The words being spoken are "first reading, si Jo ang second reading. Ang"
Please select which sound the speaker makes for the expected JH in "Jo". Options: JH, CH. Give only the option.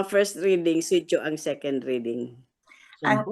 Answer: CH